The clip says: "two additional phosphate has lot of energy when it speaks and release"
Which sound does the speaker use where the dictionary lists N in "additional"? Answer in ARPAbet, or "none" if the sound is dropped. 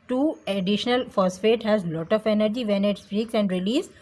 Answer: N